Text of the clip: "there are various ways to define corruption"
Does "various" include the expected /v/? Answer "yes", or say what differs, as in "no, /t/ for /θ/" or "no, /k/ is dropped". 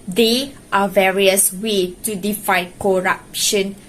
yes